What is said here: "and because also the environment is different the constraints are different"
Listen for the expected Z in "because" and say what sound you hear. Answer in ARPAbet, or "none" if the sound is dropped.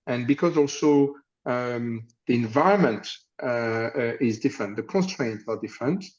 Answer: Z